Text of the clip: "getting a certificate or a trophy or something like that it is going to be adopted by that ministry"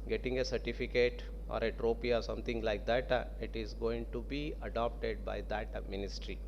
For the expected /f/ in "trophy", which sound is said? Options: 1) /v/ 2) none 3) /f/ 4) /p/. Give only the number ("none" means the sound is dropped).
4